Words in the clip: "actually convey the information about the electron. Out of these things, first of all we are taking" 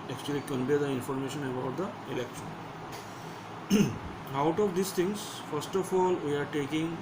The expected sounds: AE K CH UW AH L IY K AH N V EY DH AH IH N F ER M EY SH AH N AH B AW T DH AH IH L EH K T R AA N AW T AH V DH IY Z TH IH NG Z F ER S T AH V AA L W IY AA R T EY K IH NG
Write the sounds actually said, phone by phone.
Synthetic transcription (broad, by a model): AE K CH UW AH L IY K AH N P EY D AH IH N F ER M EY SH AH N AH B AW T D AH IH L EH K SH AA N AW T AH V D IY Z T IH NG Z F ER S T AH F AA L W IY AA R T EY K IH NG